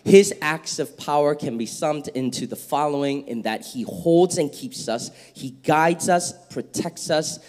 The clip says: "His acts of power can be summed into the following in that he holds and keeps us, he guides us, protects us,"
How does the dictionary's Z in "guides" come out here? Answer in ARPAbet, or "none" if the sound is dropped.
Z